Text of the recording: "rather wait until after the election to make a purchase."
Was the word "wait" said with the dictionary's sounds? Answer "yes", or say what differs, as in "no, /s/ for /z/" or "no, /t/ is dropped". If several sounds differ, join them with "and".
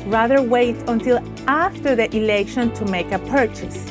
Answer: yes